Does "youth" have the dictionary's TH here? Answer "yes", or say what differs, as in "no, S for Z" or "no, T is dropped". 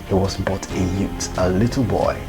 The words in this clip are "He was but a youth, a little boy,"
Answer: no, T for TH